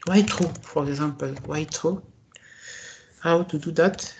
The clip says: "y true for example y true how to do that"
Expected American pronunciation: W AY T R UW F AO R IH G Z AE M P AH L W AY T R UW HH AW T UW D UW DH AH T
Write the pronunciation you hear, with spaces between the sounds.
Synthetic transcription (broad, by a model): W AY T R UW F AO R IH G Z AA P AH L W AY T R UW HH AW T UW D UW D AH T